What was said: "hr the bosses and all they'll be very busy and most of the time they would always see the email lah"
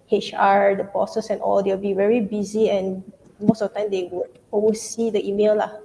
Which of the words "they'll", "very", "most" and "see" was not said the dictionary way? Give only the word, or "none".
they'll